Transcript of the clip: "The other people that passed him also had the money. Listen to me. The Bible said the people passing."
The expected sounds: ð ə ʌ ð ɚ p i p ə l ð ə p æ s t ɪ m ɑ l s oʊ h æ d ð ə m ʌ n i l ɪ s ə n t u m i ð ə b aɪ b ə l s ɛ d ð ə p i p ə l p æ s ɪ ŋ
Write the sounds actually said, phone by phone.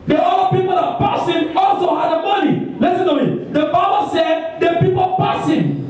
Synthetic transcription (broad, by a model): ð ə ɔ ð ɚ p i p ə l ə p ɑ s ɪ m ɑ l s oʊ h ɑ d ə m ʌ n i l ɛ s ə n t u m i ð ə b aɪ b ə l s ɛ d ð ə p i p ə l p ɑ s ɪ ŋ